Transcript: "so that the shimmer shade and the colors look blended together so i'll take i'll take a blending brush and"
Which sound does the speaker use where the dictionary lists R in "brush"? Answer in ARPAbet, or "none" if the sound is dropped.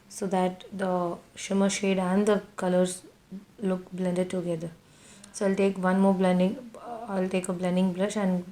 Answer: L